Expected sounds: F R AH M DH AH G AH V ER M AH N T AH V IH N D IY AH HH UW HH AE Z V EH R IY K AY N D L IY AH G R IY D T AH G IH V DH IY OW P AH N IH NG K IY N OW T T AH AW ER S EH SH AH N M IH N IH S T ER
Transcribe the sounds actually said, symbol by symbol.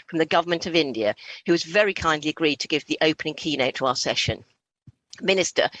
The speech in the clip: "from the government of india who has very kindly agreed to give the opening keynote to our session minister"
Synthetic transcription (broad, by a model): F R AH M DH AH G AH V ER M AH N T AH V IH N D IY AH HH UW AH Z V EH R IY K AY N D L IY AH G R IY D T AH G IH V DH IY OW P AH N IH NG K IY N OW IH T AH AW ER S EH SH AH N M IH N IH S T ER